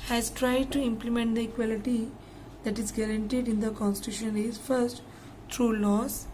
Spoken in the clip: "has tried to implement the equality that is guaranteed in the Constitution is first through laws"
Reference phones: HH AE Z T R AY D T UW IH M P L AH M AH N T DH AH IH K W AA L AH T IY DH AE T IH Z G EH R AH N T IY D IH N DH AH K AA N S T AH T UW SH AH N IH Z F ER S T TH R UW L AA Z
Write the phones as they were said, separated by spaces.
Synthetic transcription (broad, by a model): HH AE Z T R AY D T UW IH M P L AH M AH N T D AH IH K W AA L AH T IY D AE T IH Z G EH R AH N T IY D IH N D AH K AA N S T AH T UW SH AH N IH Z F ER S T T R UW L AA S